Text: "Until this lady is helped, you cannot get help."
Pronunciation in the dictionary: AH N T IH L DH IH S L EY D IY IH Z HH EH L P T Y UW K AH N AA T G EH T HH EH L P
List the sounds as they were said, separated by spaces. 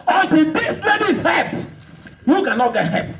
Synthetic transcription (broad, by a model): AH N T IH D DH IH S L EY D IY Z HH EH P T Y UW K AH N AA T G EH T HH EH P